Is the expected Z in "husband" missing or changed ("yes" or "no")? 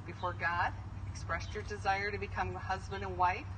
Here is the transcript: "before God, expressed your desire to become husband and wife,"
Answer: no